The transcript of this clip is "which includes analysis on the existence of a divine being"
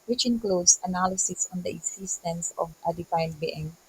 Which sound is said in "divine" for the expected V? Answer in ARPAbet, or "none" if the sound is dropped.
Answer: F